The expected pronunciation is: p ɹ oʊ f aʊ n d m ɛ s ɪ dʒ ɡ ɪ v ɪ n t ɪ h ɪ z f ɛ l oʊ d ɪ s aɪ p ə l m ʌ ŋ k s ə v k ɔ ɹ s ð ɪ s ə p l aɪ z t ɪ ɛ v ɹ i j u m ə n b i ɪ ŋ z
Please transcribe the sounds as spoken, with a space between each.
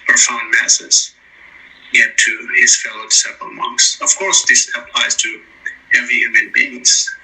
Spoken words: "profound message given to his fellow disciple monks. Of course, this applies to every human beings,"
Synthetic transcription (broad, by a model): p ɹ f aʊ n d m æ s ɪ z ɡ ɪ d t ɪ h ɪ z f ɛ l oʊ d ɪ s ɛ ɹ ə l m ʌ ŋ k s ə v k ɔ ɹ s ð ɪ s ə p l aɪ z t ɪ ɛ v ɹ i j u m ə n b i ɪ ŋ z